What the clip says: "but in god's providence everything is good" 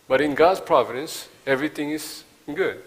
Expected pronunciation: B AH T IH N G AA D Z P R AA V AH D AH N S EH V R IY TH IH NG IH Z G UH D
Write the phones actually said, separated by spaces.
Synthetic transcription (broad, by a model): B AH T IH N G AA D S P R AA V AH D AH N S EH V R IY T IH NG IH S G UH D